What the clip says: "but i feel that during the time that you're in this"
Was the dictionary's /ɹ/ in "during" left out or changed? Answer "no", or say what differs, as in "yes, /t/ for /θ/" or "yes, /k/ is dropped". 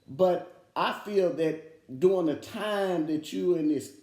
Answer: yes, /ɹ/ is dropped